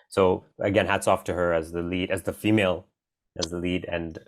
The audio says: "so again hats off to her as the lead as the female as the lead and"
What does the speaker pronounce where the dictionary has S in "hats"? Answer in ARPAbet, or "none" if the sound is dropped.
S